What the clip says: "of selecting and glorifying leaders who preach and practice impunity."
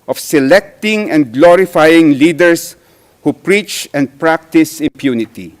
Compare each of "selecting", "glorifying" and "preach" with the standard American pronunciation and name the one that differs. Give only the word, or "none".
none